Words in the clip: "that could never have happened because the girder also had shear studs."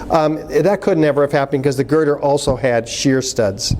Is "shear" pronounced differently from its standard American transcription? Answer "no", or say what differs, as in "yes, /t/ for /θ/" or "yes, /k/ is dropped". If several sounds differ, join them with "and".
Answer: no